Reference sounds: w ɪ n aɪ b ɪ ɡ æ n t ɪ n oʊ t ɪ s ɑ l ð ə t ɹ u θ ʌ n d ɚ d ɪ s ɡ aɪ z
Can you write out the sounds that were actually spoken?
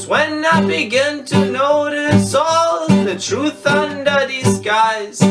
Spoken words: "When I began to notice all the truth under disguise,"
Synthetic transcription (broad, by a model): w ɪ n aɪ b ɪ ɡ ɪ n t ɪ n oʊ t ɪ s ɑ l ð ə t ɹ u θ ʌ n d ɚ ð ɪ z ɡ aɪ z